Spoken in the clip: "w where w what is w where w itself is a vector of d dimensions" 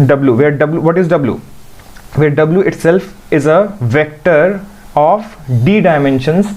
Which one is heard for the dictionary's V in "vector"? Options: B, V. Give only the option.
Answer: V